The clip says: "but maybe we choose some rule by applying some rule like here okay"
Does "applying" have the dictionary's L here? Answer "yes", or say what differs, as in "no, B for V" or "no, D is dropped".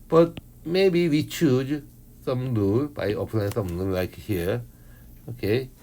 no, N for L